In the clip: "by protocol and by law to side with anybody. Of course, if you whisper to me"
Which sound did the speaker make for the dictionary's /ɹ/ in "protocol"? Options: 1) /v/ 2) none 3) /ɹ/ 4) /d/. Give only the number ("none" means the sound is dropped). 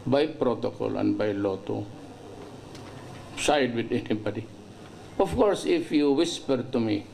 3